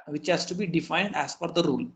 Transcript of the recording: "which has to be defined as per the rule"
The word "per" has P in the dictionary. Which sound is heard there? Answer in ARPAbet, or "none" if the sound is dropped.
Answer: F